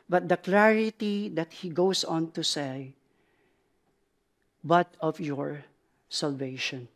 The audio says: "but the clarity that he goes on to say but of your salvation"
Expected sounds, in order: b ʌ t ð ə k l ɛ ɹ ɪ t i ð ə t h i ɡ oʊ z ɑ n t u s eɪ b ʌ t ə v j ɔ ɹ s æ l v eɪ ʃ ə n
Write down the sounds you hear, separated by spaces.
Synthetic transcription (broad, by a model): b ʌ t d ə k l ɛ ɹ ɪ t i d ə t h i ɡ oʊ s ɑ n t u s eɪ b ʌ t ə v j ɔ ɹ s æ l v eɪ ʃ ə n